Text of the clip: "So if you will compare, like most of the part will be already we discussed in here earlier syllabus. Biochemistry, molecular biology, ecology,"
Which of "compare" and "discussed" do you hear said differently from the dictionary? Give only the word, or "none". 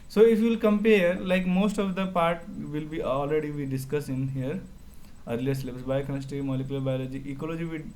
discussed